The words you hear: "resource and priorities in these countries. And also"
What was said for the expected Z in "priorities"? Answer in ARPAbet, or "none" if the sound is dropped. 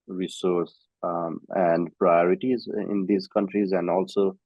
Z